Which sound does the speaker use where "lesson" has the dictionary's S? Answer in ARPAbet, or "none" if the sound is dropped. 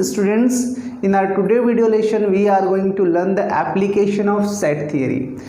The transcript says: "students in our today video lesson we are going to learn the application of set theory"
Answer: SH